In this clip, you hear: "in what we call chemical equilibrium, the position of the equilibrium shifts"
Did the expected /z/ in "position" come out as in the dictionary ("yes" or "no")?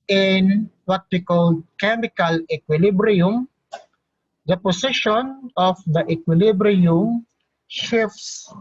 no